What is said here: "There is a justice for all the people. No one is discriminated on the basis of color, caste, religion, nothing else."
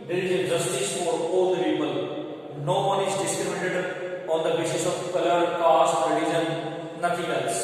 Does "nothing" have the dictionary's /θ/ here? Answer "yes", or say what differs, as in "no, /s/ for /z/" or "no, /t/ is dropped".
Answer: no, /t/ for /θ/